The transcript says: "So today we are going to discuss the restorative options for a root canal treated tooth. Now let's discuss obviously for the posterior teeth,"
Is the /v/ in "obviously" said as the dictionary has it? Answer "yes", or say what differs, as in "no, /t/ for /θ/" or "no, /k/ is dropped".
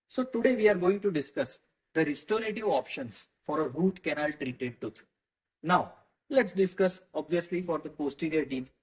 yes